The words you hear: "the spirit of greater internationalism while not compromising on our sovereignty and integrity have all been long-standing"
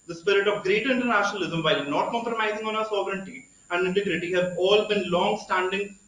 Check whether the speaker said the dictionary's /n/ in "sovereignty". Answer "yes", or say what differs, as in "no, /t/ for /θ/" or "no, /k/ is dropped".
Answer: yes